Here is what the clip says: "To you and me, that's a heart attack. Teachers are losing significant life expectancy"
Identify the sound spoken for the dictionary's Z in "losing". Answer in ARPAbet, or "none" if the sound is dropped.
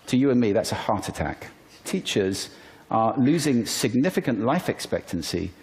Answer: Z